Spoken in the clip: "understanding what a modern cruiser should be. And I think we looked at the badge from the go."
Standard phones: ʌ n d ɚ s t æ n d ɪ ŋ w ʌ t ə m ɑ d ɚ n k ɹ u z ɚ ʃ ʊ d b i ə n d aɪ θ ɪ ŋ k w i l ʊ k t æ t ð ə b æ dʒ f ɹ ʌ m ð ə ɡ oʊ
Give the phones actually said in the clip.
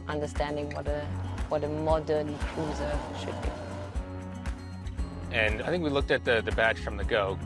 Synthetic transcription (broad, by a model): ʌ n d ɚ s t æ n d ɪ ŋ w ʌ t ə m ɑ d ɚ n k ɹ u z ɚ ʃ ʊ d b i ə n aɪ θ ɪ ŋ k w i l ʊ k t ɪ t ð ə b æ tʃ f ɹ ʌ m ð ə ɡ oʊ